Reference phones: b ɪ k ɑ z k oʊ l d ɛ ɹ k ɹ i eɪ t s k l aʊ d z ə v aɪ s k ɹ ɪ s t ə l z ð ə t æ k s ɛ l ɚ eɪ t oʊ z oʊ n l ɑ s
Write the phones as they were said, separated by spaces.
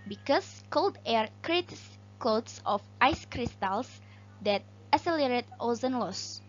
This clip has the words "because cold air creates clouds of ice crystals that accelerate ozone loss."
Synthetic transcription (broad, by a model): b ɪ k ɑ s k oʊ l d ɛ ɹ k ɹ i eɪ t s k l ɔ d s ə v aɪ s k ɹ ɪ s t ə l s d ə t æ s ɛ l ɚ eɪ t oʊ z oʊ n l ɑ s